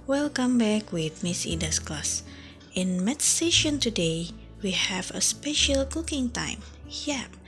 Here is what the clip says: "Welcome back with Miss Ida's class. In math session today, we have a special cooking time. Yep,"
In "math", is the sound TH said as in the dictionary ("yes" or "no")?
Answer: no